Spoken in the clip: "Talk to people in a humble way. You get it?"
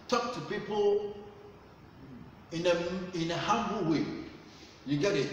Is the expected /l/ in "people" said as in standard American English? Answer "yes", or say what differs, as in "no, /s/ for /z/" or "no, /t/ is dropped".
no, /n/ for /l/